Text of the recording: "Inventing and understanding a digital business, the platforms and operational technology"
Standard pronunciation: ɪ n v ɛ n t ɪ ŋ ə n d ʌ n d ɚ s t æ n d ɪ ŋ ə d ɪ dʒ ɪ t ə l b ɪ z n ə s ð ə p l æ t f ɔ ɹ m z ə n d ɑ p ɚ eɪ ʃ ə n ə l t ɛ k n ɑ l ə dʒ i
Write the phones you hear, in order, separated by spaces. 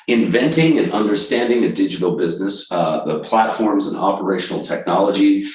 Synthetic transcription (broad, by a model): ɪ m v ɛ n t ɪ ŋ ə n ʌ n d ɚ s t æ n d ɪ ŋ ə d ɪ dʒ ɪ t l b ɪ z n ə s ð ə p l æ t f ɔ ɹ m z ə n ɑ p ɚ eɪ ʃ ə n l t ɛ k n ɑ l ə dʒ i